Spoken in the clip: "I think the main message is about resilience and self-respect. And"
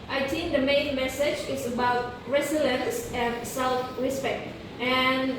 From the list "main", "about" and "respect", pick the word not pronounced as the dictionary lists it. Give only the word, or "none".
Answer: respect